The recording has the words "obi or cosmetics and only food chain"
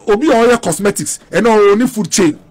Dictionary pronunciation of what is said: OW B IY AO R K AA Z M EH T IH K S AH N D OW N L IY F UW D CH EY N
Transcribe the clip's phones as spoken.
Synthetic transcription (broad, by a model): OW B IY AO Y K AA S M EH T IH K S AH N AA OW N IY F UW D CH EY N